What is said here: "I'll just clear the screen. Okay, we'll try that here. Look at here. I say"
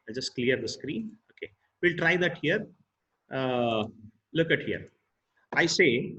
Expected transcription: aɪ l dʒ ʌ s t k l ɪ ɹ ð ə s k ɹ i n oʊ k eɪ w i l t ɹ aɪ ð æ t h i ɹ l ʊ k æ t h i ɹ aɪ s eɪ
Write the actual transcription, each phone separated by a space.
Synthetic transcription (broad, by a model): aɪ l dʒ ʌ s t k l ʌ ɹ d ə s k ɹ i n oʊ k eɪ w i l t ɹ aɪ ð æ t h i ɹ l ʊ k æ t h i ɹ aɪ s eɪ